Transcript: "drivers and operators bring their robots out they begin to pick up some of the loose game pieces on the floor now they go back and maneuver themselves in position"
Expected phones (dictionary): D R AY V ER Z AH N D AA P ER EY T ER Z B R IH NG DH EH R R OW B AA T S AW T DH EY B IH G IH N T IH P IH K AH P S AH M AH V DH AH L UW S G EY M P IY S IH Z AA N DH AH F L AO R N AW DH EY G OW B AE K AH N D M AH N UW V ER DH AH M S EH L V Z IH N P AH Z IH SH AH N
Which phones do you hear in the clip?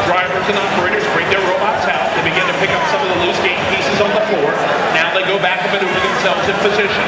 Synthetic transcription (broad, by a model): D R AY V ER Z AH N AA P ER EY T ER Z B R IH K DH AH R R OW B AA T S AW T DH EY B IH G IH N T IH P IH K AH P S AH M AH V DH AH L UW S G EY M P IY S IH Z N DH AH F L AO R N AW DH EY G OW B AE K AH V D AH IH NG DH AH M S EH L V Z IH N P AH Z IH SH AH N